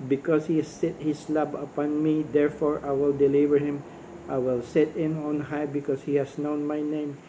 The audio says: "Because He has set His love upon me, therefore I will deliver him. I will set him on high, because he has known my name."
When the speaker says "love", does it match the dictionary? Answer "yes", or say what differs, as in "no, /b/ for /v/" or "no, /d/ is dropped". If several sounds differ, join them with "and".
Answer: no, /b/ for /v/